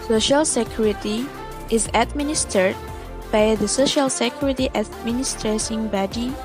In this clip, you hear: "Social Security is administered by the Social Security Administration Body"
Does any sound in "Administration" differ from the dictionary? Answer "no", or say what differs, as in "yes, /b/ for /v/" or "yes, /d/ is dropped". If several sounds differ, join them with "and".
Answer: yes, /s/ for /ʃ/